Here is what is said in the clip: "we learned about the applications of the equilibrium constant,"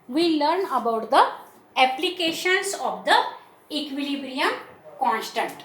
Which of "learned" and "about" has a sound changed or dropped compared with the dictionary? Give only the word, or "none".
learned